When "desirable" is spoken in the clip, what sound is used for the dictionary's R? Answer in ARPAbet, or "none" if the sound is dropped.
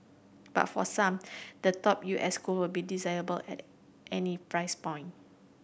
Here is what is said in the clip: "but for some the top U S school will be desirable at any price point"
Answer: none